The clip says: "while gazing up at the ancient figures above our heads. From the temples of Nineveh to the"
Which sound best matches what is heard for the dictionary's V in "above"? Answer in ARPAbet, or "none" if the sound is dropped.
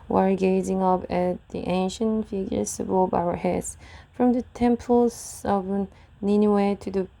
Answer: B